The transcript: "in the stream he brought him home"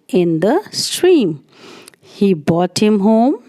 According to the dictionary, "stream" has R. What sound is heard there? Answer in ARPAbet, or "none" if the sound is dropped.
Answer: R